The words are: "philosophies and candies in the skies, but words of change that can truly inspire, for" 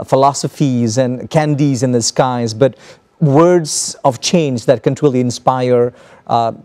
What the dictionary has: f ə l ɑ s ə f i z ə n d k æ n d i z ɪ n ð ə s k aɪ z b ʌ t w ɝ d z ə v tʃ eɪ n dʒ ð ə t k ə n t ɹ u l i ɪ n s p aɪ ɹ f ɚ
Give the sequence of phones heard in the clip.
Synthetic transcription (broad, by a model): f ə l ɑ s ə f i z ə n k æ n d i z ɪ n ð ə s k aɪ z b ʌ t w ɝ d z ə v tʃ eɪ n dʒ ð ə t k ə n t ɹ u l i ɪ n s p aɪ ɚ